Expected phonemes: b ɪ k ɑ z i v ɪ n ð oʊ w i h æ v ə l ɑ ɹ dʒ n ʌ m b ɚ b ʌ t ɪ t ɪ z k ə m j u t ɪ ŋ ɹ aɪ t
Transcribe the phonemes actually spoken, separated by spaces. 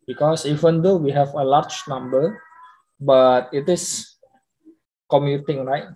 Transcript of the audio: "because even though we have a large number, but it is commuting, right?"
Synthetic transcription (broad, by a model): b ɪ k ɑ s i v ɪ n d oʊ w i h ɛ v ə l ɑ ɹ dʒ n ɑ m b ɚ b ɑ t ɪ t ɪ s k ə m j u t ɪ ŋ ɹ aɪ t